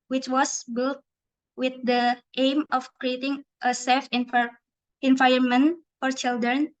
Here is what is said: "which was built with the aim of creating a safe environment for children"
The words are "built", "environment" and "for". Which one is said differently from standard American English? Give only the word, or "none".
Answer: environment